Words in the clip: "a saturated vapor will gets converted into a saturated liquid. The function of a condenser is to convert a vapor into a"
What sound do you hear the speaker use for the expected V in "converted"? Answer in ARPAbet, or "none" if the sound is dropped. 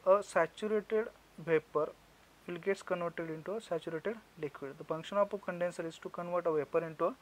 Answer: V